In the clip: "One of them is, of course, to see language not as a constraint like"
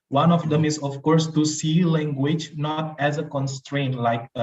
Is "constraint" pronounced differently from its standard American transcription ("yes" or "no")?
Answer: no